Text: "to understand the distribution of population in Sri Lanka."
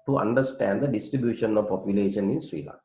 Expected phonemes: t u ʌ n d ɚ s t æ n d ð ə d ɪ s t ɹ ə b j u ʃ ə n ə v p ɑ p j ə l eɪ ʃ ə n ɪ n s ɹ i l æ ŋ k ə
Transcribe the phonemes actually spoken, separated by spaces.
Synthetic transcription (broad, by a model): t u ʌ n d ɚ s t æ n d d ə d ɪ s t ɹ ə b j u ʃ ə n ə v p ɑ p j ə l eɪ ʃ ə n ɪ n s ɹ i l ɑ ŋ